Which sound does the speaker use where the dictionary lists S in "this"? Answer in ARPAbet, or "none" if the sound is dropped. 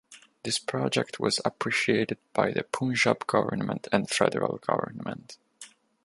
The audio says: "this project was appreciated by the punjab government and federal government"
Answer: S